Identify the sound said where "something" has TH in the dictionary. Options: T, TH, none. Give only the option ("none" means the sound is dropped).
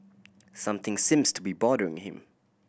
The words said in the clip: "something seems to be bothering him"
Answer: TH